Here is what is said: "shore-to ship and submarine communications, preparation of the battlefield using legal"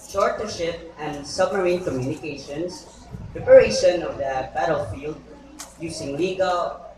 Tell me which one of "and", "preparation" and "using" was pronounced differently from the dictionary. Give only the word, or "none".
using